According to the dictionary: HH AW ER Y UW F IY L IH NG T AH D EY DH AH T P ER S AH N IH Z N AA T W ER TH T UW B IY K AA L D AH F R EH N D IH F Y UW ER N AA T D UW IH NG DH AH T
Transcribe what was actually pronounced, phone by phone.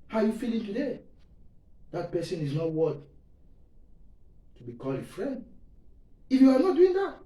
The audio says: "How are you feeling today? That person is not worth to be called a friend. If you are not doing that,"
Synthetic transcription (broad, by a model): HH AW Y UW F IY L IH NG T AH D EY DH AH T P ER S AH N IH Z N AA T W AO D T UW B IY K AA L AH F R EH N D IH F Y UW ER N AA T D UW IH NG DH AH T